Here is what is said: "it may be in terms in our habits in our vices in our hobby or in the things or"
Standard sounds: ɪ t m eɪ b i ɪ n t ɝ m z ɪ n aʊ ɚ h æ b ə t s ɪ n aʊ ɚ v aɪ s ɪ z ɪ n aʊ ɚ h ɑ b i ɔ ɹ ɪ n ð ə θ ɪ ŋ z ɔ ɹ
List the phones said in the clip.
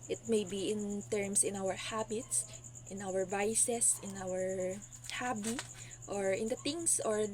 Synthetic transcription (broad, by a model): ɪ t m eɪ b i ɪ n t ɝ m s ɪ n aʊ ɚ h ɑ b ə t s ɪ n aʊ ɚ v aɪ s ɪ s ɪ n aʊ ɚ h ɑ b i ɔ ɹ ɪ n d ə t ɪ ŋ s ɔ ɹ